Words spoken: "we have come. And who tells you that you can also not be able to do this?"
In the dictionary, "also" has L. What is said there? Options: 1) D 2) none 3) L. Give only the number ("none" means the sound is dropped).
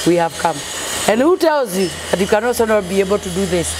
2